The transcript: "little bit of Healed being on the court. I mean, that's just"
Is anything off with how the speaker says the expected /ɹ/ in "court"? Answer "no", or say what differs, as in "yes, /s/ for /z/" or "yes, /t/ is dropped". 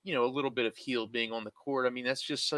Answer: no